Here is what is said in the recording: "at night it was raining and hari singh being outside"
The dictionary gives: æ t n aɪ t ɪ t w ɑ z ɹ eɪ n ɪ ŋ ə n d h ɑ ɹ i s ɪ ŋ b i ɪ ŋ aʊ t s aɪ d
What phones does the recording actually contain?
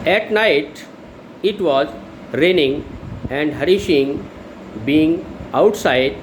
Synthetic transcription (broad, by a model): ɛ t n aɪ t ɪ t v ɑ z ɹ eɪ n ɪ ŋ ə n d h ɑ ɹ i ʃ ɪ ŋ b i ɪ ŋ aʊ t s aɪ d